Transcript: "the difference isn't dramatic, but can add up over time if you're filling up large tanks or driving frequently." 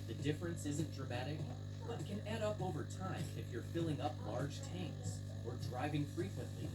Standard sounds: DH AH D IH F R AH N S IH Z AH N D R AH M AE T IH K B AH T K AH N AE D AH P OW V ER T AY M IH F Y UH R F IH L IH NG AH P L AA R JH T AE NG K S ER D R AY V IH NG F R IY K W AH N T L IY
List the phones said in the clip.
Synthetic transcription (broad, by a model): DH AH D IH F R AH N S IH Z AH N D R AH M AE T IH K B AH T K AH N AE D AH P OW V ER T AY M IH F Y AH R F IH L IH NG AH P L AA R JH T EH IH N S ER D R AY V IH NG F R IY K W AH N T L IY